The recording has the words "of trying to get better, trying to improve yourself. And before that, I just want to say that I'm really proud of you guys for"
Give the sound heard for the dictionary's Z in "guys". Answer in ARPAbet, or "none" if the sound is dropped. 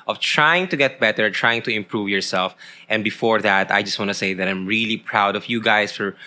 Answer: S